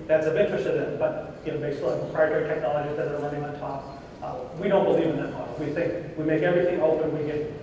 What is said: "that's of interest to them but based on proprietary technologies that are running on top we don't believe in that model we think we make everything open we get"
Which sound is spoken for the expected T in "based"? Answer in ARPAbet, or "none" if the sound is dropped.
none